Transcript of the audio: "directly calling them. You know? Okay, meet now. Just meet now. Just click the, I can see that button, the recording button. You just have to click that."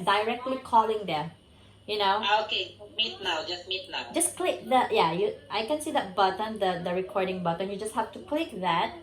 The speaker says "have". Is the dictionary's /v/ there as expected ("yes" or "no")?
no